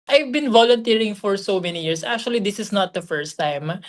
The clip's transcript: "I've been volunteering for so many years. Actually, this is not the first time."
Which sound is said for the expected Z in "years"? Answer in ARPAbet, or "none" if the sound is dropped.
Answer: S